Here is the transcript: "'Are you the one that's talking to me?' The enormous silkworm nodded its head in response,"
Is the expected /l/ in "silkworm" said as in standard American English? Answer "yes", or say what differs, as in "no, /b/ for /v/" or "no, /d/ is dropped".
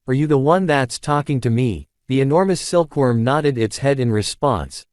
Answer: yes